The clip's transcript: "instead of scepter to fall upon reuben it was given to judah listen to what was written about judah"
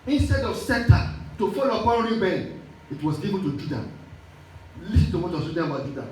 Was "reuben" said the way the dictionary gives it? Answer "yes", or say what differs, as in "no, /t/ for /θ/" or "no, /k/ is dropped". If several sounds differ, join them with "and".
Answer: no, /l/ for /n/